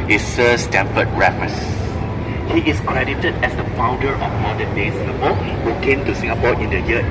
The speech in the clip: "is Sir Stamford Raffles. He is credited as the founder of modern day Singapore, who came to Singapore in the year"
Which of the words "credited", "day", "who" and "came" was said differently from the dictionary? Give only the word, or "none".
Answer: none